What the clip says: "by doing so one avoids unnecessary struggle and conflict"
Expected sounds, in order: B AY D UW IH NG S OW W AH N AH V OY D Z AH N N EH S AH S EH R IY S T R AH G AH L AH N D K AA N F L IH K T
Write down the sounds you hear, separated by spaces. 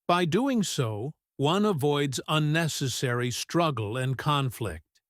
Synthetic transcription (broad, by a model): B AY D UW IH NG S OW W AH N AH V OY D Z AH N N EH S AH S EH R IY S T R AH G L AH N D K AA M F L IH K T